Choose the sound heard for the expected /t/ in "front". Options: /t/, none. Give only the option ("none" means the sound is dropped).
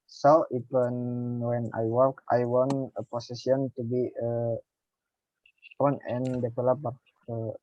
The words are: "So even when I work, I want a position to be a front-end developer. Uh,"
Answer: none